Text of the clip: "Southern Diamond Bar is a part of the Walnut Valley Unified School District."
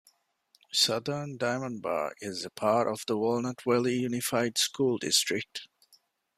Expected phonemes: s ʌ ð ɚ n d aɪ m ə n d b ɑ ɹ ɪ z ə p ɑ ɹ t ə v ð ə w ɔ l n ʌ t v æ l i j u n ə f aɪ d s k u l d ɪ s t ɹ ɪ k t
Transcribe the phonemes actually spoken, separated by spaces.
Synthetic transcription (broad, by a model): s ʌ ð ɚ n d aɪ m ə n b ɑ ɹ ɪ z ə p ɑ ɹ t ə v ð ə w ɔ l n ʌ t w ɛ l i j u n ə f aɪ d s k u l d ɪ s t ɹ ɪ k t